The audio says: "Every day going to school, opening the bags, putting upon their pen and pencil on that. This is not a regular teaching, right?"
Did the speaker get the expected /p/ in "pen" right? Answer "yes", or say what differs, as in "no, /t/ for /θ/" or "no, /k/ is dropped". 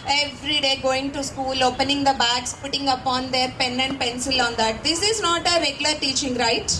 yes